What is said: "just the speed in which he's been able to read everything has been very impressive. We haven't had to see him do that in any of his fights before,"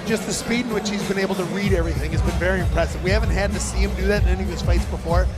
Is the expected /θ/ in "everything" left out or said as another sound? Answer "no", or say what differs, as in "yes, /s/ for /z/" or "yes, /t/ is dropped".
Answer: no